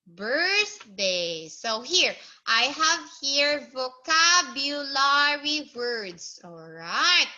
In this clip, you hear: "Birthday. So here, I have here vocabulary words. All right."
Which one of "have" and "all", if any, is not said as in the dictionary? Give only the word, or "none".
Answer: none